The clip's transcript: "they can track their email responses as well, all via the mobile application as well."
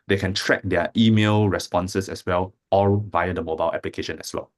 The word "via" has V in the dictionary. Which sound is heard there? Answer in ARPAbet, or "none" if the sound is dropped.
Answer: V